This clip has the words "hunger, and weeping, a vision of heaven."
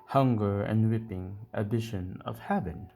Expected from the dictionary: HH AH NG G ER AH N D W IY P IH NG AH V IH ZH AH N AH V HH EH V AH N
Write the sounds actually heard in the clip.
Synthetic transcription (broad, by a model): HH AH NG G ER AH N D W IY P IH NG AH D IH SH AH N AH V HH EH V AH N